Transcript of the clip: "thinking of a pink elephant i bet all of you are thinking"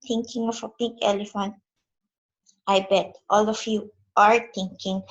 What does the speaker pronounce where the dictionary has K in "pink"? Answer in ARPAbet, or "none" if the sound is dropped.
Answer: K